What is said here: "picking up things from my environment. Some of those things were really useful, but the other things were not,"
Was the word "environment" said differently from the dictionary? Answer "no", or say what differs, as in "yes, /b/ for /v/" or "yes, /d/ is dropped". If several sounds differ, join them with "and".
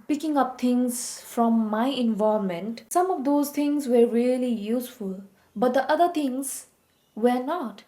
yes, /ɹ/ is dropped and /n/ is dropped